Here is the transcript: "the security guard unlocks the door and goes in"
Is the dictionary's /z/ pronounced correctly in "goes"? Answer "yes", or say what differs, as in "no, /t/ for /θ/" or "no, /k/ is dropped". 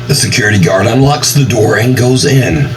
yes